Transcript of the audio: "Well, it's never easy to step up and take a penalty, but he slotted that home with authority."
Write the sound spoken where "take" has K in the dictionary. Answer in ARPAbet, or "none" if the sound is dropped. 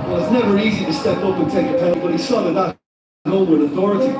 none